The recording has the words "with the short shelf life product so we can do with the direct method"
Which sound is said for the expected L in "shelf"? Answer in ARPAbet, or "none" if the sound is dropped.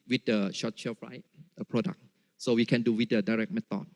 none